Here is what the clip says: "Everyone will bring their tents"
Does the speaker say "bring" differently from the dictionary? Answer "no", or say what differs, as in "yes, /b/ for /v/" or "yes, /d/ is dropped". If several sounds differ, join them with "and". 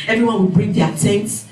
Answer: no